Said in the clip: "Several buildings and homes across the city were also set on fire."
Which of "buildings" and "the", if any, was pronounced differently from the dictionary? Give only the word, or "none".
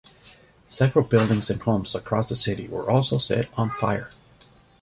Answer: none